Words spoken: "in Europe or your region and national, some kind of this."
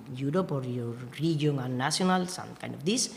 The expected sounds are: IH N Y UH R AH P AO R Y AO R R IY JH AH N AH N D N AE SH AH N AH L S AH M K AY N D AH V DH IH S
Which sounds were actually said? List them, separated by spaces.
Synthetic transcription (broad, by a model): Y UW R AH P AO R Y AO R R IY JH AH AH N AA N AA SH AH N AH L S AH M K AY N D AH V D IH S